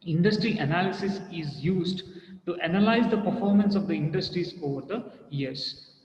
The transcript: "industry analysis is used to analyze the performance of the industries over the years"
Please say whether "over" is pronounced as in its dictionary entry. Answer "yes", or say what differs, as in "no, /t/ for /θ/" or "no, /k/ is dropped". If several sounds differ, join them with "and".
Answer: yes